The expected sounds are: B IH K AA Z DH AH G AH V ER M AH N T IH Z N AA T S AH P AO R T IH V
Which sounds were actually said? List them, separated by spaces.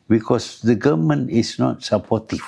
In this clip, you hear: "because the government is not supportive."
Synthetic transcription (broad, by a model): B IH K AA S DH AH G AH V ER M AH N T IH S N AA T S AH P AO T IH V